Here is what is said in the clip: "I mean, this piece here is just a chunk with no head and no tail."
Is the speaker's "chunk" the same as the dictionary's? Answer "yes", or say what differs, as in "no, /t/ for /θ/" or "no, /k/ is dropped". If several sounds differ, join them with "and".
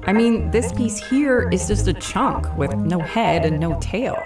yes